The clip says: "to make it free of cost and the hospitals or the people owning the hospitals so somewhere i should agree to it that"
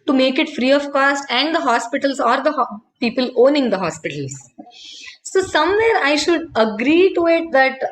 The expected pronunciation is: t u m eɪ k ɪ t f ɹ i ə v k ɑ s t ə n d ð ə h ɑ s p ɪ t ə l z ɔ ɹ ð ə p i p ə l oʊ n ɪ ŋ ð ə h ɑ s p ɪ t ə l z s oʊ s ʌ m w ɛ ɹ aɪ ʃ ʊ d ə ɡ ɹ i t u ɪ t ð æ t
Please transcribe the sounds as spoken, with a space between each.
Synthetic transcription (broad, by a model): t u m eɪ k ɪ t f ɹ i ə v k ɑ s t ə n d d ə h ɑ s p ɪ t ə l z ɔ ɹ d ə p i p ə l oʊ n ɪ ŋ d ə h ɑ s p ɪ t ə l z s oʊ s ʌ m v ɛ ɹ aɪ ʃ ʊ d ə ɡ ɹ i t u ɪ t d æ t